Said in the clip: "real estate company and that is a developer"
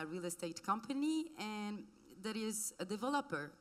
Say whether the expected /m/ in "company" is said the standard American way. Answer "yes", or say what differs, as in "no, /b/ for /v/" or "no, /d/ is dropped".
yes